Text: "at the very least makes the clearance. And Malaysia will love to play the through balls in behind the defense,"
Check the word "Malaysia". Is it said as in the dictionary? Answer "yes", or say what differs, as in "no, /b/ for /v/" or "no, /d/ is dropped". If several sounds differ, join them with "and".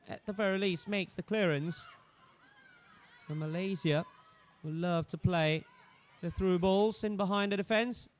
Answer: no, /z/ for /ʒ/